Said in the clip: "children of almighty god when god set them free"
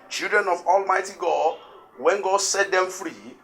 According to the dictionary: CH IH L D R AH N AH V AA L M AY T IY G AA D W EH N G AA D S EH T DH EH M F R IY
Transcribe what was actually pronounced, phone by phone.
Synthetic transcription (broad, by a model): CH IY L D R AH N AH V AA L M AY T IY G AA D W EH N G AA D S EH T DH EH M F R IY